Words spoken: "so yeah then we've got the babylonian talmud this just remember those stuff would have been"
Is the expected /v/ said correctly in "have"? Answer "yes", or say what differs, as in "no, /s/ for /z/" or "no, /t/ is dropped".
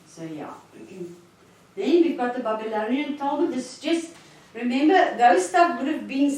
no, /p/ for /v/